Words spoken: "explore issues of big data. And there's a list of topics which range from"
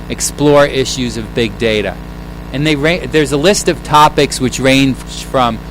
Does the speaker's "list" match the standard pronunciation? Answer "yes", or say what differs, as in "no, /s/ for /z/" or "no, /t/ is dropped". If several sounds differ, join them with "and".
yes